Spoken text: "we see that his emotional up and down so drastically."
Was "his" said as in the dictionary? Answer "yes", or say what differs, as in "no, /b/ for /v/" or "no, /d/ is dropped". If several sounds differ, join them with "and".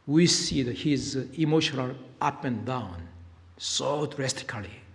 yes